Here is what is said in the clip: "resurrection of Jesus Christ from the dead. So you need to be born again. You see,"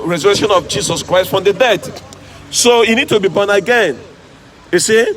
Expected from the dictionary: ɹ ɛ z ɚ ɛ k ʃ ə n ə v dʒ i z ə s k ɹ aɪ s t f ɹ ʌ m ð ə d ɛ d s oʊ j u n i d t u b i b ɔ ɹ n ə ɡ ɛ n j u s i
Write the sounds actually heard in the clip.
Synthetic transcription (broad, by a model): ɹ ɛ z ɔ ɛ k ʃ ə n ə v dʒ i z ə s k ɹ aɪ s t f ɹ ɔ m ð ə d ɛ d s oʊ j u n i d t u b i b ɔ n ə ɡ ɛ n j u s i